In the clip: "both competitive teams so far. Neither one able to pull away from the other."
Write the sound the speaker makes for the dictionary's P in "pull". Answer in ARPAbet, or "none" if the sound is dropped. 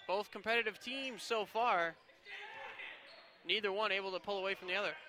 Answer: P